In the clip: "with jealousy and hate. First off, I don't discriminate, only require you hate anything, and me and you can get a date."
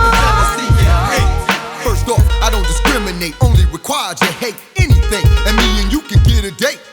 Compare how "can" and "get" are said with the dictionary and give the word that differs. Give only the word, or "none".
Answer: none